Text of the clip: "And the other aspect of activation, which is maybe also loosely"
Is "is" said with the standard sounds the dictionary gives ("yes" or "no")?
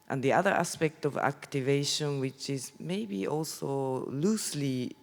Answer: yes